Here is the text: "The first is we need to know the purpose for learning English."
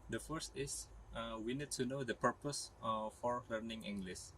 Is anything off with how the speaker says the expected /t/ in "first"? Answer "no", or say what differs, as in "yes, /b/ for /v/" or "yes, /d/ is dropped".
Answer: no